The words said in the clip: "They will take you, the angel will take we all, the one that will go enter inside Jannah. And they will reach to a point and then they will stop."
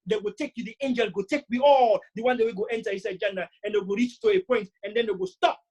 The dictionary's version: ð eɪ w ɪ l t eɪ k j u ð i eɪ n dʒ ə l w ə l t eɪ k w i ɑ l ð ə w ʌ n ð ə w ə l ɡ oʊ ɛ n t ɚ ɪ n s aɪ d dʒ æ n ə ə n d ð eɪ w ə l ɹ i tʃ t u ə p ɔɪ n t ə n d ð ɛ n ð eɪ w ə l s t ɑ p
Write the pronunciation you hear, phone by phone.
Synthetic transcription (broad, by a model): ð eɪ w ɪ l t eɪ k j u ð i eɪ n dʒ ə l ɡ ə t eɪ k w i ɑ l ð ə w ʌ n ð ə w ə ɡ oʊ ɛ n t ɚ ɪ s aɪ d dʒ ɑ n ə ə n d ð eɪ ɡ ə ɹ i tʃ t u ə p ɔɪ n t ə n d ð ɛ n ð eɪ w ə s t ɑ p